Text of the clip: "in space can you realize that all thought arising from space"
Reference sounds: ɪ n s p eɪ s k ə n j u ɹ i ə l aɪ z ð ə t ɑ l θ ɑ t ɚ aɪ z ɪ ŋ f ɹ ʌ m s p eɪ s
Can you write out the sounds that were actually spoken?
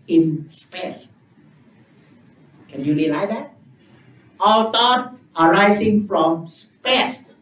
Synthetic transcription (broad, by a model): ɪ n s p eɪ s k ə n j u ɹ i l aɪ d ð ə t ɑ l t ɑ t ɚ aɪ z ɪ ŋ f ɹ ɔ m s p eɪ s